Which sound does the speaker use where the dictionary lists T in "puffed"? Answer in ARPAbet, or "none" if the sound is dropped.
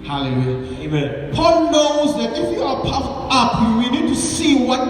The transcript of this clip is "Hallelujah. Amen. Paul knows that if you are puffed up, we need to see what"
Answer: none